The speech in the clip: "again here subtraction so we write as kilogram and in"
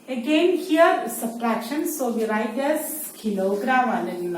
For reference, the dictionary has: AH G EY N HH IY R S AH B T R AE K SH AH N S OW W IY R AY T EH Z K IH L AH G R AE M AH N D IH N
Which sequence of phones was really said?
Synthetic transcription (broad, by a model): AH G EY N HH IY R S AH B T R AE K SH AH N S OW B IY R AY T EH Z K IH N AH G R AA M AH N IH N